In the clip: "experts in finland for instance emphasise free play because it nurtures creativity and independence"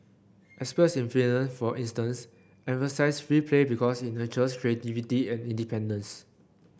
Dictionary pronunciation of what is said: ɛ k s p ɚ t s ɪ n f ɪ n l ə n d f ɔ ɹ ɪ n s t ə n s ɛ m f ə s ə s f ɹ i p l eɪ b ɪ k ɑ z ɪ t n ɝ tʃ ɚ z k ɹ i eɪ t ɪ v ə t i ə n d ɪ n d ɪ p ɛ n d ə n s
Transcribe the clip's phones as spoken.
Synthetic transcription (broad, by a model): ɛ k s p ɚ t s ɪ n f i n ə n f ɔ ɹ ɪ n s t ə n s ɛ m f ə s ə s f ɹ i p l eɪ b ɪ k ɑ s ɪ t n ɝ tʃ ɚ s k ɹ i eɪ t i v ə t i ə n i n d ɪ p ɛ n d ə n s